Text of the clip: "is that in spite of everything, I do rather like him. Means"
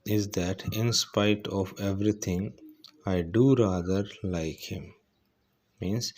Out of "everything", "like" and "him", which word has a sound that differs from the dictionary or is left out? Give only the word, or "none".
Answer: everything